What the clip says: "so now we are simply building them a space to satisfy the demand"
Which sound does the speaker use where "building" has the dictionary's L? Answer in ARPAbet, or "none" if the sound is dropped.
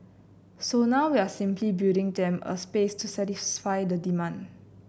none